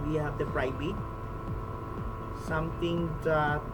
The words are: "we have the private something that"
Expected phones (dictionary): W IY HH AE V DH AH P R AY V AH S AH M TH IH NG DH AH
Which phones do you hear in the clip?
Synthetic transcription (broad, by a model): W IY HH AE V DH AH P R AY B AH S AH M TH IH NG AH